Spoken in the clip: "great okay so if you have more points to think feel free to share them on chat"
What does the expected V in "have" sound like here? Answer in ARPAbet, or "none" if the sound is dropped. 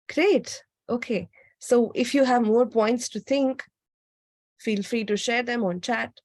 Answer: V